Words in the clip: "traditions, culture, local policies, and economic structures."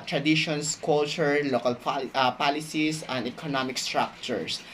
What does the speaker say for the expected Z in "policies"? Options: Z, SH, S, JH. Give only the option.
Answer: S